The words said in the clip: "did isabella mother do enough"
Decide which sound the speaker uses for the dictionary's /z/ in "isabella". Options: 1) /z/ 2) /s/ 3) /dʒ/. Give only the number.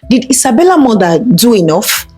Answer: 2